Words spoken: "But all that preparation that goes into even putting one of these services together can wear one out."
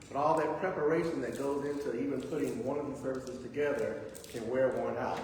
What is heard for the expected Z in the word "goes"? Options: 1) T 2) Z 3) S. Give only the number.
2